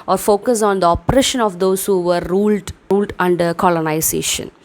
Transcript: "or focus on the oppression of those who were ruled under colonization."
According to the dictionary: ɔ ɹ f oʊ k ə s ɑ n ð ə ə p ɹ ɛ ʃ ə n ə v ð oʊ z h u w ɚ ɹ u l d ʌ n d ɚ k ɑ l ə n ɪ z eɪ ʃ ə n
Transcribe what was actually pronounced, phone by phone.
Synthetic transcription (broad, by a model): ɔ ɹ f oʊ k ə s ɑ n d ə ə p ɹ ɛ ʃ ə n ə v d oʊ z h u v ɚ l u l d ʌ n d ɚ k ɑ l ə n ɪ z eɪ ʃ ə n